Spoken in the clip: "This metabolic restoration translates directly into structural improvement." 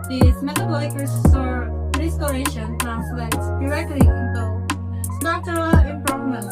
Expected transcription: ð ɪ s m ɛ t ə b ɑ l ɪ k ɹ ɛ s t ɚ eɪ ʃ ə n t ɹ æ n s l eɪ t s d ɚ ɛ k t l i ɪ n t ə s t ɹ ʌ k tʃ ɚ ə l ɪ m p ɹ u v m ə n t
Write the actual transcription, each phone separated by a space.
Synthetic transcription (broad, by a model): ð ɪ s m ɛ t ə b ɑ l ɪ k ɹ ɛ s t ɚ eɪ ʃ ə n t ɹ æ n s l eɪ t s d ɚ ɛ k t l i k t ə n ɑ tʃ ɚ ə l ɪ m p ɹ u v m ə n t